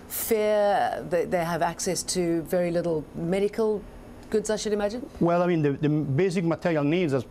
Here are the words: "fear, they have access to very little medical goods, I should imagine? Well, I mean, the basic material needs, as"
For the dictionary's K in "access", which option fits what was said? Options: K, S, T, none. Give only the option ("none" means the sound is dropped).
K